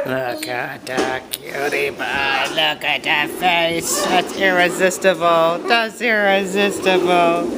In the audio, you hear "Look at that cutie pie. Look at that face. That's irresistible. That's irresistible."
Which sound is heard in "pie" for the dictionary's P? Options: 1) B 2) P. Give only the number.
1